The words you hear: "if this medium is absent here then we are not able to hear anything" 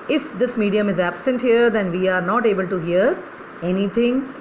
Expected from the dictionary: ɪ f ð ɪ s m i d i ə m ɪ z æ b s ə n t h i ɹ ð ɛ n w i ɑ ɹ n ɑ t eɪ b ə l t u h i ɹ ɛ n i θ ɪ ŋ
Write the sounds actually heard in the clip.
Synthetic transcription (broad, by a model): ɪ f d ɪ s m i d i ə m ɪ z æ b s ə n t h i ɹ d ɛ n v i ɑ ɹ n ɑ t eɪ b ə l t u h i ɹ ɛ n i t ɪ ŋ